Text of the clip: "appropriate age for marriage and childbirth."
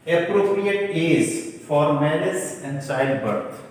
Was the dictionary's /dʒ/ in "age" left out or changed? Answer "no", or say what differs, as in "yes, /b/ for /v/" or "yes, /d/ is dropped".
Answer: yes, /z/ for /dʒ/